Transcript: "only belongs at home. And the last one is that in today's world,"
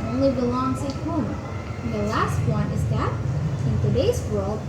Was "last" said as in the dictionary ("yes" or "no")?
yes